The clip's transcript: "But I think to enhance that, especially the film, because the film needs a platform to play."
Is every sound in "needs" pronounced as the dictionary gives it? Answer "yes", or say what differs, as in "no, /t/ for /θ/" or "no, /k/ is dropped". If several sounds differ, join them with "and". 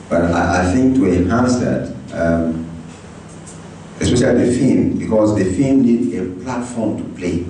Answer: no, /z/ is dropped